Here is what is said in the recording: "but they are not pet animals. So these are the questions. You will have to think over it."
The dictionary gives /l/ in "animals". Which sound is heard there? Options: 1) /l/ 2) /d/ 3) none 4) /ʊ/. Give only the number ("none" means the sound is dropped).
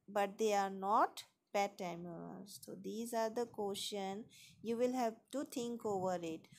3